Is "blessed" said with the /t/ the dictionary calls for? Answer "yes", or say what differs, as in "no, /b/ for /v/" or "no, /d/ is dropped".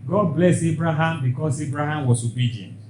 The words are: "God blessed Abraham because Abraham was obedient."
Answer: no, /t/ is dropped